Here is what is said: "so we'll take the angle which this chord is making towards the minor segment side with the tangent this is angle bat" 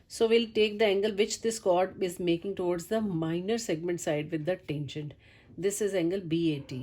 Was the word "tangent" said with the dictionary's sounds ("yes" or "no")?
no